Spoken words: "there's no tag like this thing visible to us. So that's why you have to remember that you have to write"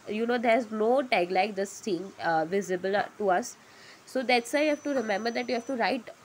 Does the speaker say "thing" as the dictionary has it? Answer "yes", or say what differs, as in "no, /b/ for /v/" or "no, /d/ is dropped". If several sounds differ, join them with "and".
no, /t/ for /θ/